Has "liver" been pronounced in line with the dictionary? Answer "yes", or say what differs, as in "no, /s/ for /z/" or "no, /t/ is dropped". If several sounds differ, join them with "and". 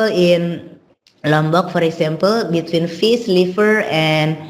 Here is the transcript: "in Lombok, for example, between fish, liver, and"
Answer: no, /f/ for /v/